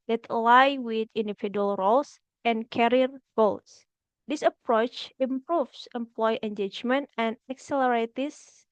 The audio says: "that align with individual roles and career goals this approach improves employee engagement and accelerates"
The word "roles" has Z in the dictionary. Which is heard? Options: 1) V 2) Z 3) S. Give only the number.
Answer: 3